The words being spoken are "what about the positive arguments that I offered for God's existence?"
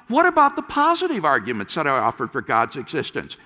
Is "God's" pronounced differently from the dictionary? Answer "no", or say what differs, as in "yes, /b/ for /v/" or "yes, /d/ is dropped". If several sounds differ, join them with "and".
no